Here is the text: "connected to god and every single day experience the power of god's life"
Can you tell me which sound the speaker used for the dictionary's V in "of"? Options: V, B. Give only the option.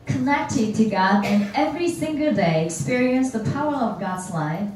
V